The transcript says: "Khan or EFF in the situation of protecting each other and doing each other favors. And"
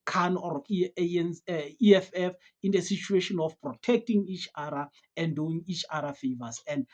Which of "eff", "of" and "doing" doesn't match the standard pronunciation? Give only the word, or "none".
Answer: of